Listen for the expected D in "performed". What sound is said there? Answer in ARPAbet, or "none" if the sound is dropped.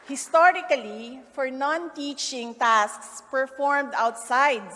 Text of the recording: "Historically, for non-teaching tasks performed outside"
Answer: D